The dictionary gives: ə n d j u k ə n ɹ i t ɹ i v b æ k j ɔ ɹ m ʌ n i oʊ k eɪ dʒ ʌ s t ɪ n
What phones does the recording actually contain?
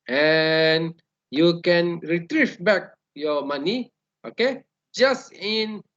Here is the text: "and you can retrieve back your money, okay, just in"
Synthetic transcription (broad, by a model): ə n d j u k ə n ɹ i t ɹ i f b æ k j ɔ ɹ m ʌ n i oʊ k eɪ dʒ ʌ s t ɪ n